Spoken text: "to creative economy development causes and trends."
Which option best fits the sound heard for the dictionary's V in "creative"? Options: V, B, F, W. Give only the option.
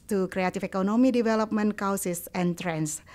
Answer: F